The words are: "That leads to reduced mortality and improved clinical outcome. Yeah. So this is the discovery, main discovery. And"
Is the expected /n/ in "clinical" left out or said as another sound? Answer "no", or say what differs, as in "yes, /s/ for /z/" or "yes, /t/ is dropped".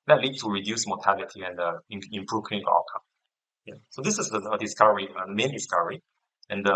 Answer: yes, /n/ is dropped